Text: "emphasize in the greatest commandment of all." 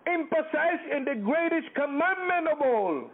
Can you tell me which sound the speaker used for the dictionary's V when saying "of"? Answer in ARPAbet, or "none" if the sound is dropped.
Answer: B